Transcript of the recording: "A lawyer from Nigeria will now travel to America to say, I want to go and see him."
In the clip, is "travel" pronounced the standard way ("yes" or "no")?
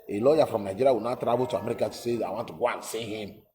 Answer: no